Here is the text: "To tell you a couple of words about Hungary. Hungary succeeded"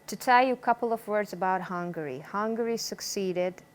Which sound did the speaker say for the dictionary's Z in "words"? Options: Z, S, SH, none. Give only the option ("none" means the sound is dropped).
Z